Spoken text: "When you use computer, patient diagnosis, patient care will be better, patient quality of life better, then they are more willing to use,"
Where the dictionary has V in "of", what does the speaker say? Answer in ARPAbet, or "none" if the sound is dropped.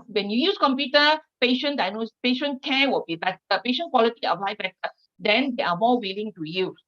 P